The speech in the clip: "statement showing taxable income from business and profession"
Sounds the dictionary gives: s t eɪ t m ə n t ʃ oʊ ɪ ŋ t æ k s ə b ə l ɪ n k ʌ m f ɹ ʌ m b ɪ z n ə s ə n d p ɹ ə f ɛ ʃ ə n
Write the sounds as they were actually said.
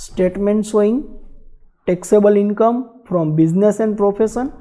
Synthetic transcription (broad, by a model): s t eɪ t m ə n t s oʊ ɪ ŋ t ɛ k s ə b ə l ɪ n k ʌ m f ɹ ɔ m b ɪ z n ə s ə n d p ɹ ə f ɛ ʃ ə n